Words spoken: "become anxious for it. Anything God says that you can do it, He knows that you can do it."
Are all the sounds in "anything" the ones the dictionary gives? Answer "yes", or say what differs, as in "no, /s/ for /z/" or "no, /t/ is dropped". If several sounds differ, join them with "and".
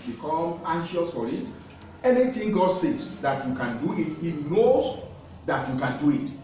no, /t/ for /θ/